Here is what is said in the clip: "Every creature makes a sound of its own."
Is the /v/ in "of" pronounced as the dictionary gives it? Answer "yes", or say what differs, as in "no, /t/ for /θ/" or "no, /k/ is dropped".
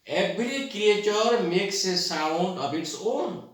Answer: no, /b/ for /v/